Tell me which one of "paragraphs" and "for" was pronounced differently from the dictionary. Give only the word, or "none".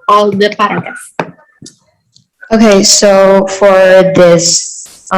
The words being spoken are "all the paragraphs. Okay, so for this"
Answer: paragraphs